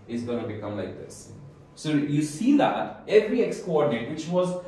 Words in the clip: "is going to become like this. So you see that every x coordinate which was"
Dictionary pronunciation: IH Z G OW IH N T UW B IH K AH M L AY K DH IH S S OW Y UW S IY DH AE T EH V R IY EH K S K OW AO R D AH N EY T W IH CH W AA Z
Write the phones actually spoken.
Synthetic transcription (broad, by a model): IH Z G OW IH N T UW B IH K AH M L AY K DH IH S S OW Y UW S IY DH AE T EH V R IY EH K S K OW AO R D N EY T W IH CH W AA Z